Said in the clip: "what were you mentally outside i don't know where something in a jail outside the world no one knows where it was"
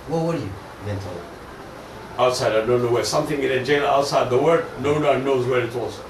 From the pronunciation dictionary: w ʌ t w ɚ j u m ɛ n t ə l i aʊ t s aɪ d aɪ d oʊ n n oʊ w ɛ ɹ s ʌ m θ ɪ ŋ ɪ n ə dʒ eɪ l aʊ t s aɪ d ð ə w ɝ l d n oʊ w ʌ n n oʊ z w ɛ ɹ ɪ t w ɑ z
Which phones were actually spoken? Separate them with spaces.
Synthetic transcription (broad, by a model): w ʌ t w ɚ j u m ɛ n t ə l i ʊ t s aɪ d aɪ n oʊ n n oʊ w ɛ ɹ s ʌ m θ ɪ ŋ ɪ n ə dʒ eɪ n aʊ t s aɪ d ð ə w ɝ d n oʊ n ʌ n n oʊ z w ɛ ɹ ɪ t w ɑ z